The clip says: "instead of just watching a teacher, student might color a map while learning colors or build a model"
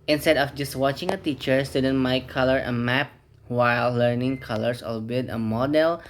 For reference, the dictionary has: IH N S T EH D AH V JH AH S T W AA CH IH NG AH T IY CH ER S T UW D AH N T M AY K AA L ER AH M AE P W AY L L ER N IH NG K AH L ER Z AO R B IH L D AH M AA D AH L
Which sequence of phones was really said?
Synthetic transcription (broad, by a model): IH N S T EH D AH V JH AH S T W AA CH IH NG AH T IY CH ER S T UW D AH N M AY K AA L ER AH M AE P W AY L L ER N IH NG K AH L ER S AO L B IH D AH M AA D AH L